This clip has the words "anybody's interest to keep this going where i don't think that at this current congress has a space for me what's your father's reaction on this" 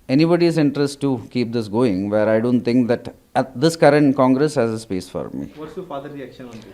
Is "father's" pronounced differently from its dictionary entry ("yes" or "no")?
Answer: yes